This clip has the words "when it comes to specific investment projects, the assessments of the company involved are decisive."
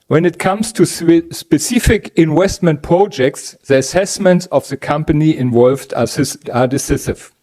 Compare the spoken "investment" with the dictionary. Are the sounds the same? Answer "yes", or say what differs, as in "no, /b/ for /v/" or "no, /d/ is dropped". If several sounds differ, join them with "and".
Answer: no, /w/ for /v/